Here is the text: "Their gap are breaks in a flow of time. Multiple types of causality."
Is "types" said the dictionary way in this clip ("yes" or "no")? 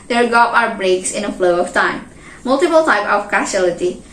no